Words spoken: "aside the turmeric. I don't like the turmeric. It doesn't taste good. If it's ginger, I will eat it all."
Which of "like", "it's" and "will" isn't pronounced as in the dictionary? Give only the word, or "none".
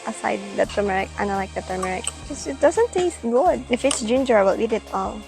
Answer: will